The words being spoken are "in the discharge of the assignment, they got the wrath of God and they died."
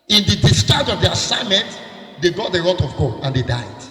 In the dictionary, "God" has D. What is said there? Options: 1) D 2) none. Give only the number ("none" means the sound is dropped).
2